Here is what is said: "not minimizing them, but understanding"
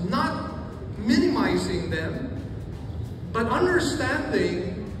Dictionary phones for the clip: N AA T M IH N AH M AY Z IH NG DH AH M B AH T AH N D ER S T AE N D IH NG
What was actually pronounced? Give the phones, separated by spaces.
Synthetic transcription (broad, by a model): N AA T M IH N AH M AY Z IH NG DH AH M B AH T AH N D ER S T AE N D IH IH